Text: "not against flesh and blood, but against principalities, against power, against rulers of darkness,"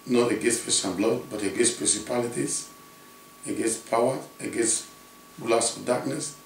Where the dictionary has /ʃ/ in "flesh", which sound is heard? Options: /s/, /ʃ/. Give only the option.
/s/